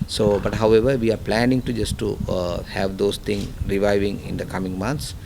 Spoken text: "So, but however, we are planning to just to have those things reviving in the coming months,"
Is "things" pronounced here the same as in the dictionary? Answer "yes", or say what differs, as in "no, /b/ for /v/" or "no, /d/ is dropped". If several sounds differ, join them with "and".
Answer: no, /z/ is dropped